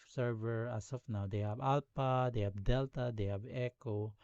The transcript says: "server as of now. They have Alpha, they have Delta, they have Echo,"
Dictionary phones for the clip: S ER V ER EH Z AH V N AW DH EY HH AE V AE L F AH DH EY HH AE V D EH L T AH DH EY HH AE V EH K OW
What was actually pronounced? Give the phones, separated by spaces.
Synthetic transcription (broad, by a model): S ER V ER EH S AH F N AW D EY HH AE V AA L P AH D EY HH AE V D EH L T AH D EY HH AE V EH K OW